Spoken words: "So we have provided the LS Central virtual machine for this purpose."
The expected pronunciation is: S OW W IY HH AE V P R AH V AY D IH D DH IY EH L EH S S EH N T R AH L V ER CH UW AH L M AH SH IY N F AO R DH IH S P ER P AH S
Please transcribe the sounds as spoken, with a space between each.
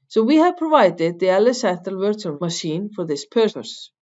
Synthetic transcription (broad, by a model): S OW W IY HH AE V P R AH V AY D IH D DH IY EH L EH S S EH T AH L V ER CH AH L M AH SH IY N F AO R DH IH S P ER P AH S